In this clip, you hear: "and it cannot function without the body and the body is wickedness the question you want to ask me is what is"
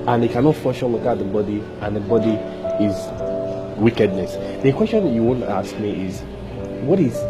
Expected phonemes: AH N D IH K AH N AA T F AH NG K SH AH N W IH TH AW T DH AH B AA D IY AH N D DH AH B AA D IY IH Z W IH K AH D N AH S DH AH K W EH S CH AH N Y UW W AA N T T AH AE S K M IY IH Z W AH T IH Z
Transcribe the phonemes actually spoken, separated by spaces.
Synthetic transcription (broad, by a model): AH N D IH K AH N AA T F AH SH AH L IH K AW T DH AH B AA D IY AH N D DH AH B AA D IY IH Z W IH K AH D N AH S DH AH K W EH S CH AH N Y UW W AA N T T AH S K M IY IH Z W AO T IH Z